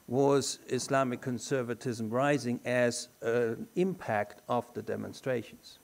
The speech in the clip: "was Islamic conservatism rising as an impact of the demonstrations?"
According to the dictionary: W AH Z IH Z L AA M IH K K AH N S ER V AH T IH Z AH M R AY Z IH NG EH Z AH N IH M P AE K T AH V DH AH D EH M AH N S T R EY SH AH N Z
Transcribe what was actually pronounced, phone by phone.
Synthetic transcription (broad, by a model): W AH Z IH S L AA M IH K K AH N S ER V AH T IH Z AH M R AY Z IH NG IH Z AH N IH M P AE K T AH V DH AH D EH M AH N S T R EY SH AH N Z